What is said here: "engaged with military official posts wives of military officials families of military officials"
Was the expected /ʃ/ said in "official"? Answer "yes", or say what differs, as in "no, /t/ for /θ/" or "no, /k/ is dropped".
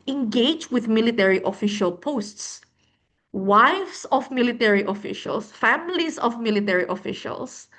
yes